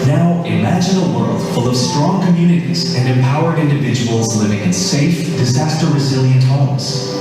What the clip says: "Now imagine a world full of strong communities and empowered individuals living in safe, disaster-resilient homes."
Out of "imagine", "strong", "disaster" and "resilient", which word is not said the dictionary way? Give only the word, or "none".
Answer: none